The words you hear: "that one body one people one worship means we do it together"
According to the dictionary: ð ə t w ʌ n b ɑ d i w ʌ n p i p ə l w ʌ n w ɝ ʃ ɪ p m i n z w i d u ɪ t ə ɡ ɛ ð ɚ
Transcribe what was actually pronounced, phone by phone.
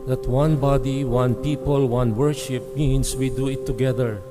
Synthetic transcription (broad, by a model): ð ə t w ʌ n b ɑ d i w ʌ n p i p ə l w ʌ n w ɝ ʃ ɪ p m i n s w i d u ɪ t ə ɡ ɛ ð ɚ